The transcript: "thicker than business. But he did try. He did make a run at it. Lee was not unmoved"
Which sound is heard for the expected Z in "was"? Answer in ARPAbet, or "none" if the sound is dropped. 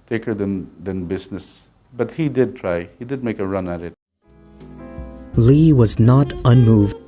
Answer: Z